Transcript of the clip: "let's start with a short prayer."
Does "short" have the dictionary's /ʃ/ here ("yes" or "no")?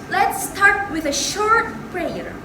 yes